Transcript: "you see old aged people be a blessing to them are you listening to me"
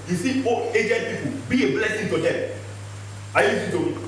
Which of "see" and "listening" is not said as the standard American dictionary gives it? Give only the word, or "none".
listening